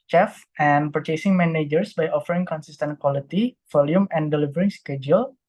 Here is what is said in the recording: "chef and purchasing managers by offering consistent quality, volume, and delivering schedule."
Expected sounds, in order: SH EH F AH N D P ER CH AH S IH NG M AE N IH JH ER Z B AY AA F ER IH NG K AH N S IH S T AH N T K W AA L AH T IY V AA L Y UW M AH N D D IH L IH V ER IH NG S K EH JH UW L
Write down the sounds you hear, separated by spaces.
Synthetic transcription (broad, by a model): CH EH F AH N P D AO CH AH S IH NG M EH N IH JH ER S B AY AA F ER IH NG K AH N S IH S T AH N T K W AA L AH T IY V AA L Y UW M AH N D D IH L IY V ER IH NG S K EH JH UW L